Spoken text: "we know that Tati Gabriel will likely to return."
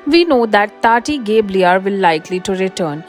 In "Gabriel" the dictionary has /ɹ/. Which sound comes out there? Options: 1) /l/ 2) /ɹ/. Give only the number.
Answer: 1